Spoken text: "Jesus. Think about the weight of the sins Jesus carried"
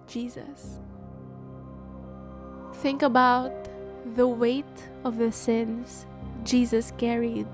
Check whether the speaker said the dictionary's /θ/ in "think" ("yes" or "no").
yes